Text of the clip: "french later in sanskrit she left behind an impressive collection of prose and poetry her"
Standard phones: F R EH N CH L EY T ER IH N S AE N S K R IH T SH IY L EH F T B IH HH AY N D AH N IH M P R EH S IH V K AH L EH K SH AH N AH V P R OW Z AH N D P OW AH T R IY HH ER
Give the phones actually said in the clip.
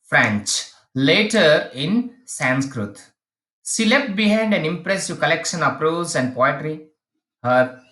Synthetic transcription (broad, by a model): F R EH N CH L EY T ER IH N S AE N S K R IH T SH IY L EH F T B IH HH AY N D AH N IH M P R EH S IH V K AH L EH K SH AH N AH P R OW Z AH N D P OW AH T R IY HH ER